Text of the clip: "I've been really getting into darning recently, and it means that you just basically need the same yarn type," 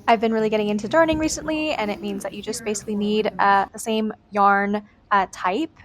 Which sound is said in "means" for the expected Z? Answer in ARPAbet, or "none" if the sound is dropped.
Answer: Z